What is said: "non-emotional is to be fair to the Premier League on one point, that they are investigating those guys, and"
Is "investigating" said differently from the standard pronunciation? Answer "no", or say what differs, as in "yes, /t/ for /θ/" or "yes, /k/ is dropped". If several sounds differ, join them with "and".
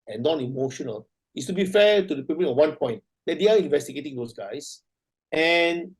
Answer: no